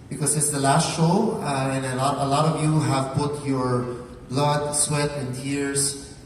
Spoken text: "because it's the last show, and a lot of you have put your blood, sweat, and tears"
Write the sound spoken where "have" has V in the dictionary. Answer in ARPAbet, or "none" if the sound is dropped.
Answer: V